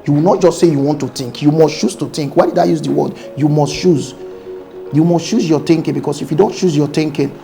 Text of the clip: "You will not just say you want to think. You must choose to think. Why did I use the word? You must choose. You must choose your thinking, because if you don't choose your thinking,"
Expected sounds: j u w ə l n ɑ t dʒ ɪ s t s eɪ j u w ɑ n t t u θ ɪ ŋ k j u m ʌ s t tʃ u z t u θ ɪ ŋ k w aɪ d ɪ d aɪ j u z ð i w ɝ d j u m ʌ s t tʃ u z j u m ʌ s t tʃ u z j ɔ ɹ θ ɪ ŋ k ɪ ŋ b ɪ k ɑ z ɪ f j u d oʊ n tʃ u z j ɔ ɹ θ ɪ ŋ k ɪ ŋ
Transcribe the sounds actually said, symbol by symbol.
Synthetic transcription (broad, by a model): j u w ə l n ɑ t dʒ ɪ s t s eɪ j u w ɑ n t t u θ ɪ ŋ k j u m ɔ s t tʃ u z t u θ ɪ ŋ k w aɪ d ɪ d aɪ j u z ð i w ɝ d j u m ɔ s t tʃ u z j u m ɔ s t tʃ u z j ɔ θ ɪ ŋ k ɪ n b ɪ k ɑ s ɪ f j u d oʊ n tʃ u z j ɔ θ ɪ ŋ k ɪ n